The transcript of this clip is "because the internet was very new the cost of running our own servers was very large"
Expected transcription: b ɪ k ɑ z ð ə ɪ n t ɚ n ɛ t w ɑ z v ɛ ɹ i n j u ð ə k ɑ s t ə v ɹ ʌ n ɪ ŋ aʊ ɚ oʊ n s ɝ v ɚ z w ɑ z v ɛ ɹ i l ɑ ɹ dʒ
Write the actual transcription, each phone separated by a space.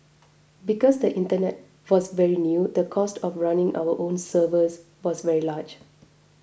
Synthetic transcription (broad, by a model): b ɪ k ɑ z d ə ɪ n t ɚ n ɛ t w ɑ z v ɛ ɹ i n j u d ə k ɑ s t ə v ɹ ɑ n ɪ ŋ aʊ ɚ oʊ n s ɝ v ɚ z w ɑ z v ɛ ɹ i l ɑ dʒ